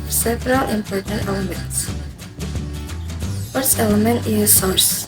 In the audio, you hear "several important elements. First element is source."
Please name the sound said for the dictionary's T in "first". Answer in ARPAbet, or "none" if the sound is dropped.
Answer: none